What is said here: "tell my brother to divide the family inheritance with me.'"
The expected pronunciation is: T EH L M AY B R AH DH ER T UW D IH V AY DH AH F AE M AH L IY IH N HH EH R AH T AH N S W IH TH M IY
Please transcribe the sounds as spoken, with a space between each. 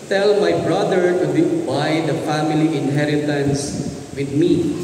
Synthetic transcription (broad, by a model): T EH L M AY B R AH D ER T UW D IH B AY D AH F AE M AH L IY IH N HH EH R AH T AH N S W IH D M IY